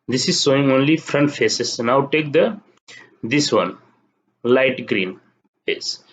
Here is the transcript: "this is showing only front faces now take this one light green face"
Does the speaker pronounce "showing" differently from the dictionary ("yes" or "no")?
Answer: yes